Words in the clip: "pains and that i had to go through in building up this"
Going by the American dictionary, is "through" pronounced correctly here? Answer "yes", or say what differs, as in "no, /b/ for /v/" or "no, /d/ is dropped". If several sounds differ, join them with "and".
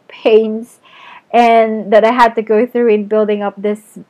yes